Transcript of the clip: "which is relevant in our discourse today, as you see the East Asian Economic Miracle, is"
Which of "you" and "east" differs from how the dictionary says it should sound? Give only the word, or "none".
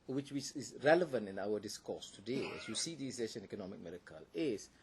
east